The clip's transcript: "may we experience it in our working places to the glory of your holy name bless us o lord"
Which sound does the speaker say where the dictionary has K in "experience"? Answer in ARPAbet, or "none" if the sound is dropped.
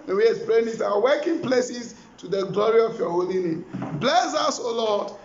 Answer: none